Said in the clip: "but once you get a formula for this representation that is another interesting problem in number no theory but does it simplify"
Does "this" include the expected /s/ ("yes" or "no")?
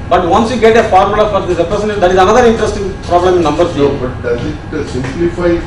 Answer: no